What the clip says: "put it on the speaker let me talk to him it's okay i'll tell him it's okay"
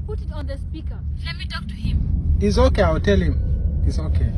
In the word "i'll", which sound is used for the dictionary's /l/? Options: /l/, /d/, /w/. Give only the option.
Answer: /w/